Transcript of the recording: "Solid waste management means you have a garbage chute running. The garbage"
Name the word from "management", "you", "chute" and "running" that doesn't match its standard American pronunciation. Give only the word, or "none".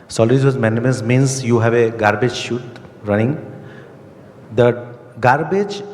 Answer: management